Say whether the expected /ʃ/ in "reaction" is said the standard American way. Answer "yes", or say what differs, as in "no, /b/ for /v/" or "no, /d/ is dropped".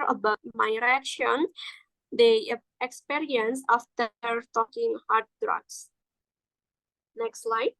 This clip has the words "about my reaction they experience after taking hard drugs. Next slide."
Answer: yes